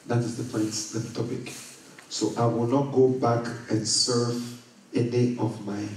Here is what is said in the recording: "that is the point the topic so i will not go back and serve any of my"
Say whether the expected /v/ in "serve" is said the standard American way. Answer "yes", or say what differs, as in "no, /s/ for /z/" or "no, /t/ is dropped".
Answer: yes